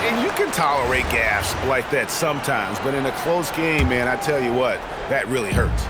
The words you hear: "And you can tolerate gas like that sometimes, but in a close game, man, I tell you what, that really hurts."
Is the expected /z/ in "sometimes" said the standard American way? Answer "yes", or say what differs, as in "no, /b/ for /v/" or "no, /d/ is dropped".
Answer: yes